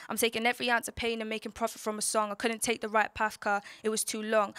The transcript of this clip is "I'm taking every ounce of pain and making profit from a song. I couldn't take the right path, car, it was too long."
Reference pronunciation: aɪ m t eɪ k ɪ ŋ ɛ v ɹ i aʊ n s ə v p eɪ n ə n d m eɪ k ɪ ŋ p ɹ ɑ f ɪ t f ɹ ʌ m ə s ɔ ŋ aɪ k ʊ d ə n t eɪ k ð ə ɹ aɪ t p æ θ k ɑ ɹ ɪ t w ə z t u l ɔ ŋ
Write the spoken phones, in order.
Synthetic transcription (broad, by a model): aɪ m t eɪ k ɪ ŋ ɛ v ɹ i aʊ n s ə p eɪ n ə n m eɪ k ɪ ŋ p ɹ ɑ f ɪ t f ɹ ʌ m ə s ɔ ŋ aɪ k ʊ d n t eɪ k ð ə ɹ aɪ t p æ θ k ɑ ɪ t w ə z t u l ɔ ŋ